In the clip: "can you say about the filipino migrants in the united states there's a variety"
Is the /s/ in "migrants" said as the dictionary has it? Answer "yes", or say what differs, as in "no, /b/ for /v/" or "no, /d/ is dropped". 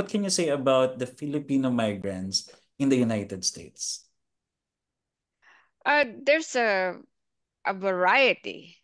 yes